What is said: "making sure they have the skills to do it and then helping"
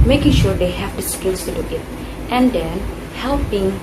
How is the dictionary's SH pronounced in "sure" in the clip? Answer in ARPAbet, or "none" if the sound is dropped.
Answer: SH